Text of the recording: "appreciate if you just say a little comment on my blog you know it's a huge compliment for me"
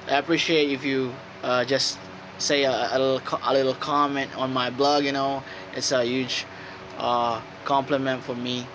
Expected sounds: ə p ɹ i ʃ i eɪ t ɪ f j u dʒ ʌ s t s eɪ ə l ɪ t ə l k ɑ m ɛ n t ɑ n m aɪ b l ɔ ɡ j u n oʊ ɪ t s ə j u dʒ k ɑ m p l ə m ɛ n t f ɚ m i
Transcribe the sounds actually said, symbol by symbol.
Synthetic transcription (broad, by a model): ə p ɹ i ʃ i eɪ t ɪ f j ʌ dʒ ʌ s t s eɪ ə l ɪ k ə l k ɑ m ɛ n t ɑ n m aɪ b l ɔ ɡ j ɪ n oʊ ɪ t s ə j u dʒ k ɑ m p l ə m ɛ n t f ɚ m i